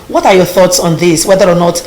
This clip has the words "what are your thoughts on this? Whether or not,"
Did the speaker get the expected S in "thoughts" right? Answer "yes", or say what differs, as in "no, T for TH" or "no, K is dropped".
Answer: yes